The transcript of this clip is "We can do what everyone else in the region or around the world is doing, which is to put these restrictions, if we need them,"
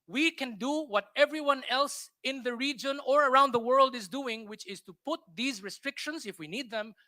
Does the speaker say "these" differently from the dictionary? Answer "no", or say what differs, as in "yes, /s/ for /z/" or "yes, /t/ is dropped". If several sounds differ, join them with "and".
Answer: no